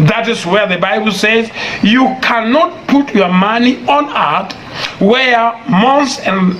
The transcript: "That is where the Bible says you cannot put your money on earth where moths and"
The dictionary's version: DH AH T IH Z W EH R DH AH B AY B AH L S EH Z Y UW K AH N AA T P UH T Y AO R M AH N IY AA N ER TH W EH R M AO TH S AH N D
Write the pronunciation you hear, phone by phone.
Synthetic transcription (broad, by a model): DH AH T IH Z W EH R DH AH B AY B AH L S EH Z Y UW K AH N AA T P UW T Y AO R M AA N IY AA N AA T W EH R M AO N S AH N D